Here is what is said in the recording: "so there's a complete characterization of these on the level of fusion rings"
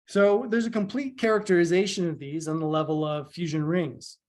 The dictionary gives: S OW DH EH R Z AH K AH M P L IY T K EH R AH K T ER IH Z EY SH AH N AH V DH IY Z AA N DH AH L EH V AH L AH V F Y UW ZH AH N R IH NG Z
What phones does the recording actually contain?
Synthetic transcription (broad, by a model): S OW DH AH R Z AH K AH M P L IY T K EH R AH K T ER IH Z EY SH AH N AH V DH IY Z N DH AH L EH V AH L AH V F Y UW ZH AH N R IH NG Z